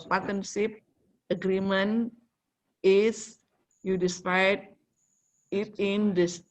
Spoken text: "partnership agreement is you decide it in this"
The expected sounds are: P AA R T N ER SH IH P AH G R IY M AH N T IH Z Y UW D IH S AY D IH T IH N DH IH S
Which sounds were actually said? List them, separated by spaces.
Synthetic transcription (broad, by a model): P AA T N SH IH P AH G R IY M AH N IH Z Y UW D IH S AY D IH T IH N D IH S